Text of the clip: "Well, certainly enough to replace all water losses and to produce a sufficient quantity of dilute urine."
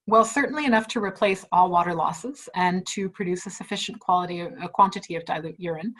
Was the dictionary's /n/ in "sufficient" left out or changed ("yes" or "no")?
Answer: yes